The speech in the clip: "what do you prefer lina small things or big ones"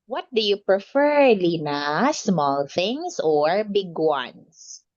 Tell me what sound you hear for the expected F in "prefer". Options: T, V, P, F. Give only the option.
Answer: F